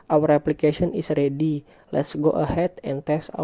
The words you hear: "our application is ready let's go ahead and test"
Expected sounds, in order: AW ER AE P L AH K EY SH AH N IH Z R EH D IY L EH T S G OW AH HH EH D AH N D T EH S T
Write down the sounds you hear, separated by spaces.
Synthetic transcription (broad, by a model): AW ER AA P L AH K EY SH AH N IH S R EH D IY L EH T S G OW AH HH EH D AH N T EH S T